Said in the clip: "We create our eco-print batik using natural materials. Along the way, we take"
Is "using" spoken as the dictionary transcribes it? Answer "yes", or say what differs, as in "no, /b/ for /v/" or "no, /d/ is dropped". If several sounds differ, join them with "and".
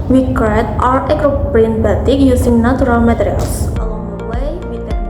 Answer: no, /s/ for /z/